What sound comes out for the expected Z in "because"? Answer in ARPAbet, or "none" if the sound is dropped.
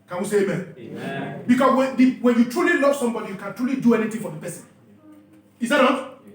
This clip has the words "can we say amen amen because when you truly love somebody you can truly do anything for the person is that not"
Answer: none